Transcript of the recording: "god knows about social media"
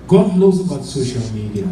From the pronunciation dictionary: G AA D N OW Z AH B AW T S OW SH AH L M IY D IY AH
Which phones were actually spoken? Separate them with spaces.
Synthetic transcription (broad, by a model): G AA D L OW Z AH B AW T S OW SH AH L M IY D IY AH